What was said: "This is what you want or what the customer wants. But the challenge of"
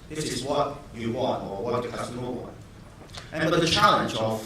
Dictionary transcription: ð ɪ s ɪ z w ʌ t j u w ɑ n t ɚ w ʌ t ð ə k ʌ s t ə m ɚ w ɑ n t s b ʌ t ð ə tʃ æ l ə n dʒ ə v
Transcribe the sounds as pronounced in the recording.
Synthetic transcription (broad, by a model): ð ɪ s ɪ z w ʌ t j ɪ w ɑ n t ɚ w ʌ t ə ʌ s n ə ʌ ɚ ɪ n b ʌ t ð ə tʃ æ l ə n dʒ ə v